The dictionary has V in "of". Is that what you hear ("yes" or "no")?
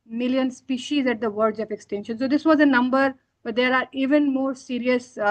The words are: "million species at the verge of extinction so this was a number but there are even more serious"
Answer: no